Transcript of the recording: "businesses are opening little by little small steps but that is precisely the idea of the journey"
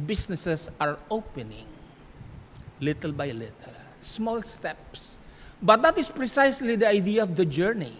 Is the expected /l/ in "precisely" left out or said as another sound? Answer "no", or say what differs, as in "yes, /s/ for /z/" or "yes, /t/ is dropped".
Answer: no